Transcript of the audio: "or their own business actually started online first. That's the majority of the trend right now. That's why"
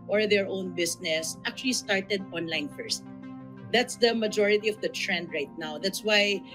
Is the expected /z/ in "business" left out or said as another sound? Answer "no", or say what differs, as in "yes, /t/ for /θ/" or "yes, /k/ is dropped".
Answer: yes, /s/ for /z/